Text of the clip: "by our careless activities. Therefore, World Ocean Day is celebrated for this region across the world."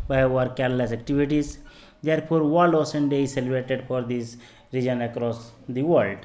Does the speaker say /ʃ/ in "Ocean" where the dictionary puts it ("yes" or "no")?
no